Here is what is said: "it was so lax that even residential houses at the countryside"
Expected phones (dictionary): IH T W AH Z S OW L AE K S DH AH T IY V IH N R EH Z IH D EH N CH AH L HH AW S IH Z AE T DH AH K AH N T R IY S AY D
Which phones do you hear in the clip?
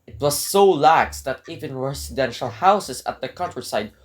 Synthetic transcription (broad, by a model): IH T W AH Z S OW L AE K S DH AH T IY V IH N R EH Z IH D EH N SH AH L HH AW S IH S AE T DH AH K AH N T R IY S AY D